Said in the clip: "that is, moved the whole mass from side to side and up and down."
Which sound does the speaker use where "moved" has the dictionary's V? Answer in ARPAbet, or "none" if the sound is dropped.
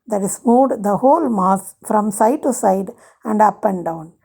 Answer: none